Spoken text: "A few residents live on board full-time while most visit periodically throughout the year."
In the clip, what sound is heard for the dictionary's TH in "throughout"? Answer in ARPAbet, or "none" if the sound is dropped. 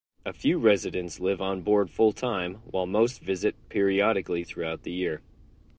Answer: TH